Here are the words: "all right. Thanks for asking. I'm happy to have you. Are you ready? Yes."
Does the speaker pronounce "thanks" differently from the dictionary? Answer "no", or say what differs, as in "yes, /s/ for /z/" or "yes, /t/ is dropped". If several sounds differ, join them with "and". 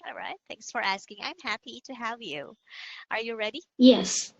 no